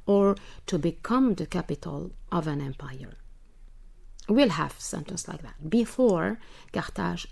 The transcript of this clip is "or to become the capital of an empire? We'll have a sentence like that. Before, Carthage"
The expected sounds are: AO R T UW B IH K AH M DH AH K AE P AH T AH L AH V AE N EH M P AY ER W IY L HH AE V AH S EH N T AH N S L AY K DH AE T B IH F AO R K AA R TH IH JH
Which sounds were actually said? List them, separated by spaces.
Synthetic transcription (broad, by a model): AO R T UW B IH K AH M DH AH K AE P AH T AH L AH V AE N EH M P AY ER W IY L HH AE V S EH N T AH N S L AY K DH AE T B IH F AO R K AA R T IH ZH